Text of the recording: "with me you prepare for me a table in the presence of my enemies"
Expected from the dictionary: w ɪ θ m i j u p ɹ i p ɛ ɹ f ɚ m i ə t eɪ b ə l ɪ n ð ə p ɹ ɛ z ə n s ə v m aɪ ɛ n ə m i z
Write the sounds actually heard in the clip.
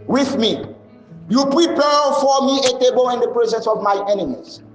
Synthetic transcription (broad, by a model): w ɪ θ m i j u p ɹ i p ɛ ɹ f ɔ m i ə t eɪ b ə l ɪ n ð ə p ɹ ɛ z ə n s ə v m aɪ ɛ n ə m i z